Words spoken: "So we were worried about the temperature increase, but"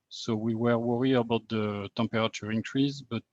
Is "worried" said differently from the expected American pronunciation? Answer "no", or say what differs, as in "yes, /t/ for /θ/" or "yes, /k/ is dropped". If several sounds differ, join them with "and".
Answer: yes, /d/ is dropped